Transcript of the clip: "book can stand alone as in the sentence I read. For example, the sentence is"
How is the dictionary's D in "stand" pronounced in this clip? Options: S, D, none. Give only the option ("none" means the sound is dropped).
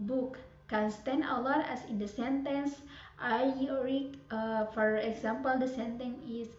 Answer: none